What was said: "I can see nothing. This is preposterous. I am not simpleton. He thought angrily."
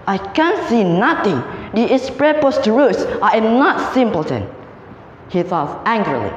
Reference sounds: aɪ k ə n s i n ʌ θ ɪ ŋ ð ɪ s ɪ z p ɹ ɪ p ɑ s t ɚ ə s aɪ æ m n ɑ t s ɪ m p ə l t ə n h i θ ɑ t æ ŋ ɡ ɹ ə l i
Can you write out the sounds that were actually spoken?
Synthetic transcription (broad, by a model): aɪ k ə n s i n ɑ t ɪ ŋ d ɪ ɪ s p ɹ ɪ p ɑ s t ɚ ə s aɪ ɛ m n ɑ t s ɪ m p ə l t ə n h i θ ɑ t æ ŋ ɡ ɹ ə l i